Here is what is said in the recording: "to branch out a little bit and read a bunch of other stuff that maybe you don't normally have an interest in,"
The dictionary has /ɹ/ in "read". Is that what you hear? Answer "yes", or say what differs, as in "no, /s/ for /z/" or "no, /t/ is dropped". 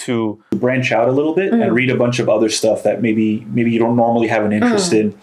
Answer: yes